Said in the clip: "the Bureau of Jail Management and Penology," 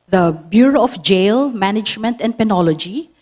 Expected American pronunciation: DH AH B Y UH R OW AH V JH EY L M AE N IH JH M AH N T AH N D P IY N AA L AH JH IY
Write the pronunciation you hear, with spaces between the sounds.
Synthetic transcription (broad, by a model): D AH B Y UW R OW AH F JH EY L M AE N IH JH M AH N T AH N D P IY N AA L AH JH IY